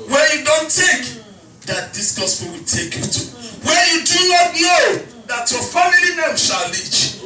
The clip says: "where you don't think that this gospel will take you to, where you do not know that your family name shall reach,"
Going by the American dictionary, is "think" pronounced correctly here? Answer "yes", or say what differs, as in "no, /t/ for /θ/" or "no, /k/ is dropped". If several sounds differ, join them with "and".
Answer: no, /t/ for /θ/ and /ŋ/ is dropped